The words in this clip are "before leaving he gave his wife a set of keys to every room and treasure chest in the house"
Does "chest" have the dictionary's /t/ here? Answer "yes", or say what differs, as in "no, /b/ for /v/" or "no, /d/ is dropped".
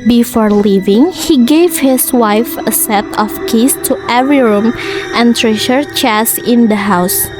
no, /t/ is dropped